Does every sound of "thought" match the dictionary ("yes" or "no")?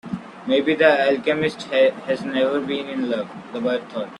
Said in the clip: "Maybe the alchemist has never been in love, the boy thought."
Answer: no